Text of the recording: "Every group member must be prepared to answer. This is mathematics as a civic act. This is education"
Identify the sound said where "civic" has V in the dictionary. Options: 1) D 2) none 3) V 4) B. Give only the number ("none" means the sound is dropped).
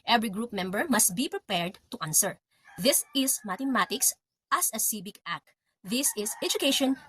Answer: 4